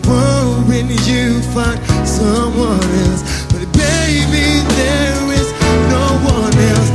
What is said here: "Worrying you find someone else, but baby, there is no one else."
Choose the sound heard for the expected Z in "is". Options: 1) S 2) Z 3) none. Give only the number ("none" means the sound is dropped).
2